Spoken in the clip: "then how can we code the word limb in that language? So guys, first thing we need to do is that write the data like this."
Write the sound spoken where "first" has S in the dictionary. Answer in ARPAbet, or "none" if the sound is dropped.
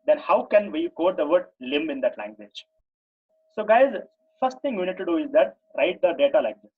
S